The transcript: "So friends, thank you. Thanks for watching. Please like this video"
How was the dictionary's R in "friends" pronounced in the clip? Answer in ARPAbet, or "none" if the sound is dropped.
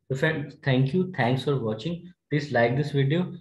none